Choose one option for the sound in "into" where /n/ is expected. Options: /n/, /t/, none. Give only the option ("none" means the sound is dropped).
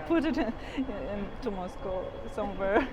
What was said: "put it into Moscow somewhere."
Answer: /n/